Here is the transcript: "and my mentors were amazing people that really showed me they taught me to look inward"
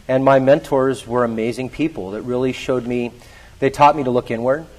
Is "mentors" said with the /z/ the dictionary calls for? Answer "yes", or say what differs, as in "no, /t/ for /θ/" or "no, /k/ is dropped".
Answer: yes